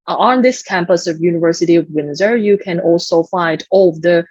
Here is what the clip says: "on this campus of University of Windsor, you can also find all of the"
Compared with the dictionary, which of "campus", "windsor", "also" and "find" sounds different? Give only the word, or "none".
none